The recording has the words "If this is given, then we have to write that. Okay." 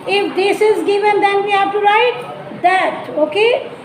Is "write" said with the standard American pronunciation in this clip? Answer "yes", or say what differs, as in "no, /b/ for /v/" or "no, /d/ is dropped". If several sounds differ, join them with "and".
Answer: yes